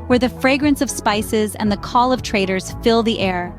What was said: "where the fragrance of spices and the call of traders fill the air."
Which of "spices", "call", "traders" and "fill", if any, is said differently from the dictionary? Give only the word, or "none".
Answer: none